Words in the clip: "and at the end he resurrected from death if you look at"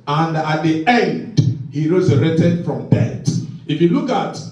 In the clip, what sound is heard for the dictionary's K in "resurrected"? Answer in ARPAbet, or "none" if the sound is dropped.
none